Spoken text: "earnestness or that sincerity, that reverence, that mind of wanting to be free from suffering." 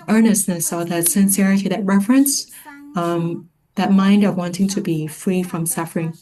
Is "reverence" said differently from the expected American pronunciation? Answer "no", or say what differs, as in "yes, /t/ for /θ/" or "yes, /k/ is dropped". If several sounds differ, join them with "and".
yes, /f/ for /v/